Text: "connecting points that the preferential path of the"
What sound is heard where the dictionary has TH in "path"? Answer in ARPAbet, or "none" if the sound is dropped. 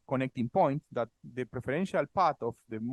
T